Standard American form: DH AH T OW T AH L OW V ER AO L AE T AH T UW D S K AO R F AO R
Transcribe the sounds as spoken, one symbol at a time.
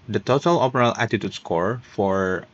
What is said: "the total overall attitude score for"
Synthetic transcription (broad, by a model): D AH T OW T AH L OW P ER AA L AE T AH T UW D S K AO R F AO R